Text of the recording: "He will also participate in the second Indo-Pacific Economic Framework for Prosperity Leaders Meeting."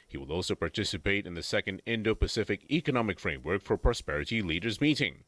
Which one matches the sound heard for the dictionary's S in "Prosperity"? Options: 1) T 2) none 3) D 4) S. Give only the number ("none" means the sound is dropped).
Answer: 4